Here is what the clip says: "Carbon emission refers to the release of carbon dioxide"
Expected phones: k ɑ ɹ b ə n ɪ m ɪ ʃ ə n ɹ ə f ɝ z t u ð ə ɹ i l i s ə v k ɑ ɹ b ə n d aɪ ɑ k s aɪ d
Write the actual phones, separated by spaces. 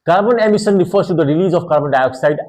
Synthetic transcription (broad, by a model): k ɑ ɹ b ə n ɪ m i s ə n ɹ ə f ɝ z t u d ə ɹ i l i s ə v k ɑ ɹ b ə n d aɪ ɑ k s aɪ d